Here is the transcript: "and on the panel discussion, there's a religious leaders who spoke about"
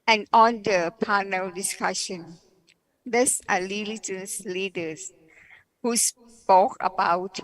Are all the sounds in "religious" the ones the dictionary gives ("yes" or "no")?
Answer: no